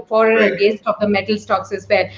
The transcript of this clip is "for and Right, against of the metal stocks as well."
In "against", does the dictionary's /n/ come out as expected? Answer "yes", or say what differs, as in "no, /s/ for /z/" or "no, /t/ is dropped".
no, /n/ is dropped